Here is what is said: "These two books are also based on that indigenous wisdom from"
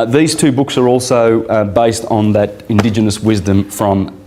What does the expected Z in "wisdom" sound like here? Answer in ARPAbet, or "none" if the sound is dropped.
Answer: Z